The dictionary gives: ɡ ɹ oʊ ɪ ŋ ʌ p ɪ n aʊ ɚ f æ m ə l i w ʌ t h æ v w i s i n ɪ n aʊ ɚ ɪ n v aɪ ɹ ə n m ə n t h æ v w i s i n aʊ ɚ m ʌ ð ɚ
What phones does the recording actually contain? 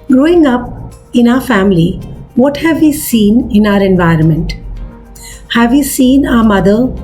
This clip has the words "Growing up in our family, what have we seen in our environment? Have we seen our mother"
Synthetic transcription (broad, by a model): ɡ ɹ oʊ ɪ ŋ ʌ p ɪ n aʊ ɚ f æ m ə l i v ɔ t h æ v i s i n ɪ n aʊ ɚ ɪ n v aɪ ɹ ə n m ə n t h æ v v i s i n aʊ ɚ m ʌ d ɚ